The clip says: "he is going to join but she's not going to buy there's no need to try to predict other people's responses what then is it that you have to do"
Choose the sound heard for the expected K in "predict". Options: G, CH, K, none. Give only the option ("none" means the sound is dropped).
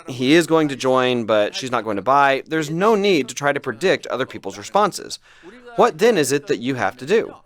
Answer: K